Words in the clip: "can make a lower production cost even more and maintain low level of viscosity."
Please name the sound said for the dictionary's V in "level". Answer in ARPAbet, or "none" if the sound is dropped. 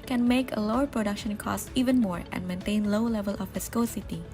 V